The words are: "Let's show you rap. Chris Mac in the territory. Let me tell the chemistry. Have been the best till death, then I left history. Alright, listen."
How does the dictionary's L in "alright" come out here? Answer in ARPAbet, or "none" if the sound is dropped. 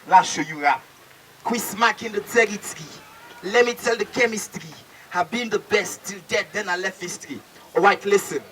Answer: none